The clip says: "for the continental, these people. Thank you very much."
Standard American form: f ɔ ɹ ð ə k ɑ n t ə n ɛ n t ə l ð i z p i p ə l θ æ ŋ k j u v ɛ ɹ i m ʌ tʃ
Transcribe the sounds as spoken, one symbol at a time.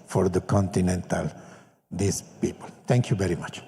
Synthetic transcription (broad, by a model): f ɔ ɹ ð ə k ɑ n t ə n ɛ n t ə l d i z p i p ə l t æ ŋ k j u v ɛ ɹ i m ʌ tʃ